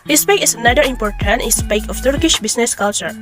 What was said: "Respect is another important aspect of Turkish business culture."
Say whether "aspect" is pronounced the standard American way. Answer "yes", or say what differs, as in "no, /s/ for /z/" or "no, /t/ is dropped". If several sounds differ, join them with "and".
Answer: no, /t/ is dropped